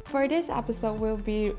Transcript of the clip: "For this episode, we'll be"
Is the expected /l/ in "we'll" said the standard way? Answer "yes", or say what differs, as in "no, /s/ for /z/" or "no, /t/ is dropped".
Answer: yes